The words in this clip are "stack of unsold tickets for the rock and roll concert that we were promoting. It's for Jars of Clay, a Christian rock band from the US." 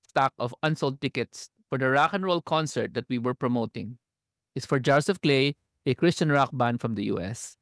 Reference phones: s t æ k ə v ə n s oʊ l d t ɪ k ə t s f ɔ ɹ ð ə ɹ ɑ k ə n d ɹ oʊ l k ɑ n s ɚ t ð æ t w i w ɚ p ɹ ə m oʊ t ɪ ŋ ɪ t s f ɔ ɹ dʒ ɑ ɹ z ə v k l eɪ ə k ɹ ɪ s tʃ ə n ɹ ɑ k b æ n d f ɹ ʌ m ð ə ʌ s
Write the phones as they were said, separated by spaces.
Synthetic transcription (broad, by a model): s t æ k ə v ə n s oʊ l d t ɪ k ə t s f ɔ ɹ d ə ɹ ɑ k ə n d ɹ oʊ l k ɑ n s ɚ t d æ t w i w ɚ p ɹ ə m oʊ t ɪ ŋ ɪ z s f ɔ ɹ dʒ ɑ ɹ s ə f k l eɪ ə k ɹ ɪ s tʃ ə n ɹ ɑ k b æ n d f ɹ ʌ m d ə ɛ s